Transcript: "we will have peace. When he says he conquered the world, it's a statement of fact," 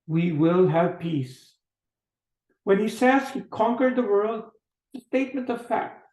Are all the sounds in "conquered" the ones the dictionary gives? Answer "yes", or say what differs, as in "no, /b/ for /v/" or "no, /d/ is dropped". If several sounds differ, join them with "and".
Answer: yes